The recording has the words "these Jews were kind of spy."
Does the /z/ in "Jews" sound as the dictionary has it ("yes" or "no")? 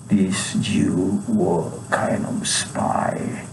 no